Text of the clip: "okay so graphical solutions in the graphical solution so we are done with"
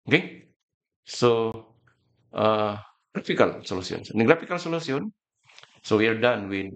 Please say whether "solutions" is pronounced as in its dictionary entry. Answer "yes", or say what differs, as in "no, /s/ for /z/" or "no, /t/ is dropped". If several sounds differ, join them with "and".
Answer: no, /s/ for /ʃ/